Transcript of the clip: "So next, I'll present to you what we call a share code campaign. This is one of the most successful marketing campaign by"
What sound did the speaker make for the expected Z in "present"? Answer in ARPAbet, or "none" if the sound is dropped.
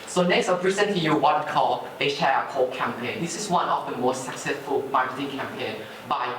S